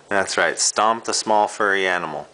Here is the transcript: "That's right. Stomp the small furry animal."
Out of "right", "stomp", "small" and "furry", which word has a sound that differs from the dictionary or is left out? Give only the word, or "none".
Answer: none